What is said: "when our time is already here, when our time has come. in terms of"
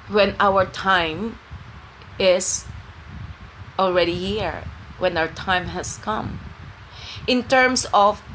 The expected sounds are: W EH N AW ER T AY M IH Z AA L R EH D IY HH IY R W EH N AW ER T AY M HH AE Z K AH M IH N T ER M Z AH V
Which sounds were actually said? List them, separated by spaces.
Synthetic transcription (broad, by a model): W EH N AW ER T AY M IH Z AA L R EH D IY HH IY R W EH N AW ER T AY M HH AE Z K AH M IH N T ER M S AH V